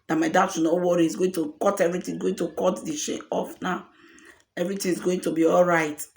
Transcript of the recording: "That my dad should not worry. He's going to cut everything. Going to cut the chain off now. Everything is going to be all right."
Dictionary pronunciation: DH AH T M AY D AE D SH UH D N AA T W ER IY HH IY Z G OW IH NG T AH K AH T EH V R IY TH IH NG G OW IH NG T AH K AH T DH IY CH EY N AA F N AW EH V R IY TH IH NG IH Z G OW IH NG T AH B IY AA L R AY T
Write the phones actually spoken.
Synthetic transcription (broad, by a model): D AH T M AY D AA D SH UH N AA W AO IY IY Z G OW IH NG T AH K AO T EH V R IY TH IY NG G OW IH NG T AH K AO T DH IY SH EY AA F N AW EH V R IY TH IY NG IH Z G OW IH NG T AH B IY AA L R AY T